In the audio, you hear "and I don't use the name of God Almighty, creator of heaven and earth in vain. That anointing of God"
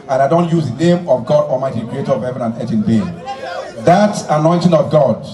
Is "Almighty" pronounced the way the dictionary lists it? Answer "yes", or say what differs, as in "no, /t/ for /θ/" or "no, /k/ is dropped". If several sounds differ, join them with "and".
no, /l/ is dropped